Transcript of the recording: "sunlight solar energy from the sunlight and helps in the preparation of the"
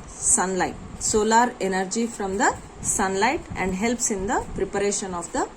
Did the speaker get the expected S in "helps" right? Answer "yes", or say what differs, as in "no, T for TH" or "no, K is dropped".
yes